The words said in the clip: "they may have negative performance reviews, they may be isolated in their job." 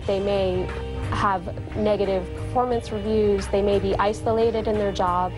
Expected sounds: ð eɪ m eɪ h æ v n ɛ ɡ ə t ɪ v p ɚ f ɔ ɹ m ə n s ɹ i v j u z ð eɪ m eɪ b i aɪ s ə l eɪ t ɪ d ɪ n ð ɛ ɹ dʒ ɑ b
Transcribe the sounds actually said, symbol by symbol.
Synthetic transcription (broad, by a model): ð eɪ m eɪ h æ v n ɛ ɡ ə t ɪ v p ɚ f ɔ ɹ m ə n s ɹ i v j u z ð eɪ m eɪ b i aɪ s ə l eɪ t ɪ d ɪ n ð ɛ ɹ dʒ ɑ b